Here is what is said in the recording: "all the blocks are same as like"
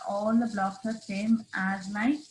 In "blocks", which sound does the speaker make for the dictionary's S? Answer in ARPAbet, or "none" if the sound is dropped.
none